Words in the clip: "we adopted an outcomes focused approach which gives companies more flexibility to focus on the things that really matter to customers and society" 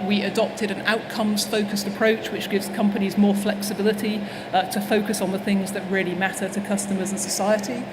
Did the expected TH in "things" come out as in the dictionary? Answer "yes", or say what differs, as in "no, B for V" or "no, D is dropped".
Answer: yes